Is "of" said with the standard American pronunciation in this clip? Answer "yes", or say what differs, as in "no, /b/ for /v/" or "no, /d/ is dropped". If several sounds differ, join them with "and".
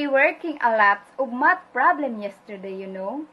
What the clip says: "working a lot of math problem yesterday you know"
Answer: no, /b/ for /v/